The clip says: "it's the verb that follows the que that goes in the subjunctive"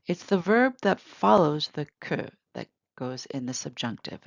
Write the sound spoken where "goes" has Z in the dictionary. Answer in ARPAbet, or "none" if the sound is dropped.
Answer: Z